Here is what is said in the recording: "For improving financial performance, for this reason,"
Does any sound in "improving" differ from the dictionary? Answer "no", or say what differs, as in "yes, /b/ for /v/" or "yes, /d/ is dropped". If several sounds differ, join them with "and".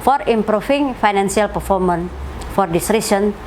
yes, /f/ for /v/